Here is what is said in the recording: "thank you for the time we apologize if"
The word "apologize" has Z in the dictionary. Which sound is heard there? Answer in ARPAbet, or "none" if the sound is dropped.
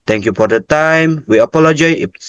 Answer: none